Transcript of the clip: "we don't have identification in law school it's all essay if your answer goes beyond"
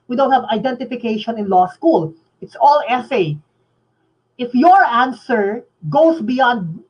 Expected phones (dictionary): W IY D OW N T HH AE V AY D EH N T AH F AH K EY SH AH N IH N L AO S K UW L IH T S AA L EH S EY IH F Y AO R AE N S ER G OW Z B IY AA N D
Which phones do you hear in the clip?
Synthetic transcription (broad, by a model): W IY D OW N T HH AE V AY D EH N T AH F AH K EY SH AH N IH N L AO S K UW L IH T S AA L EH S EY IH F Y AO R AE N S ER G OW S B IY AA N D